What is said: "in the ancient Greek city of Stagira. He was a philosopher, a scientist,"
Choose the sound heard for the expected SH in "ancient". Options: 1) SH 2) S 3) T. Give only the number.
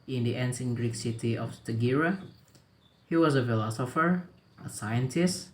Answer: 2